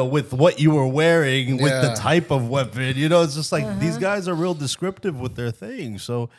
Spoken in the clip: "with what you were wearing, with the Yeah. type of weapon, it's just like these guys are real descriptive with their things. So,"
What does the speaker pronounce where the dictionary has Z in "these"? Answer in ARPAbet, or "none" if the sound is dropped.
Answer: Z